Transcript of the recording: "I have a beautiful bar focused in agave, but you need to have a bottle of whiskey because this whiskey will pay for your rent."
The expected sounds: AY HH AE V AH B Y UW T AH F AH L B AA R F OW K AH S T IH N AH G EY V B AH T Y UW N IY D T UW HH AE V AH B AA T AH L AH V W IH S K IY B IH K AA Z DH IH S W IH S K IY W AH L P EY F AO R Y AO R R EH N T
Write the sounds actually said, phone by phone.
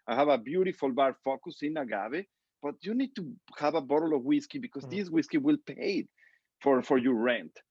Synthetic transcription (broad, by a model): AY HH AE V AH B Y UW T AH F AH L B AA R F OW K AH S IH N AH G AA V B AH T Y UW N IY D T UW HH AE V AH B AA T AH L AH V W IH S K IY B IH K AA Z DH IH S W IH S K IY W AH L P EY F AO R Y AO R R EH N T